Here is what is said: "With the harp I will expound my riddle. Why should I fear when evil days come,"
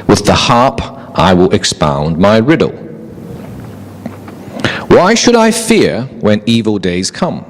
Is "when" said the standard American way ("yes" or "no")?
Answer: yes